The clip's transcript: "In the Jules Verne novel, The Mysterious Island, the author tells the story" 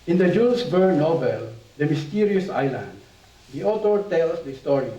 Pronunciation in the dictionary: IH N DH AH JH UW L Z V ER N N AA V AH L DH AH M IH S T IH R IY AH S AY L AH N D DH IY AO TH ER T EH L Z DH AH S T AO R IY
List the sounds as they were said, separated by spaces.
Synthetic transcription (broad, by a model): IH N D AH JH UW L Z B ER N N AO B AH L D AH M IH S T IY R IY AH S AY L AH N D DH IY AO T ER T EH L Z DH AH S T AO R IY